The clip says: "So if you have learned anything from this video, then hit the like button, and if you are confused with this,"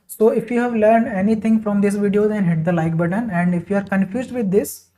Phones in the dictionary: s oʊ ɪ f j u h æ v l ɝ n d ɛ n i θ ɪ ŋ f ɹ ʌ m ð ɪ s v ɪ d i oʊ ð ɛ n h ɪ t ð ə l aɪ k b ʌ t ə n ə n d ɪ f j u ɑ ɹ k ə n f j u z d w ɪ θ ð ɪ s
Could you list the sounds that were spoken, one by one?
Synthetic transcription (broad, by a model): s oʊ ɪ f j u h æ v l ɝ n d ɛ n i t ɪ ŋ f ɹ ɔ m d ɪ s v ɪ d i oʊ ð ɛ n h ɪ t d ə l aɪ k b ʌ t ə n ə n d ɪ f j u ɑ ɹ k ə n f j u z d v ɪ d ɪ s